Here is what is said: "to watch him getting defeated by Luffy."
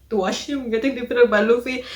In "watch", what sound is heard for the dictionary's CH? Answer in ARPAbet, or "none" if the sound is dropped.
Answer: SH